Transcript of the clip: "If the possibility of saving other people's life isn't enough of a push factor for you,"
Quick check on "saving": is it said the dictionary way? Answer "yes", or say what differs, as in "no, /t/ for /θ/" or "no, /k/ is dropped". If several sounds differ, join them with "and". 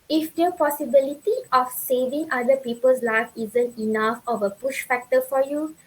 yes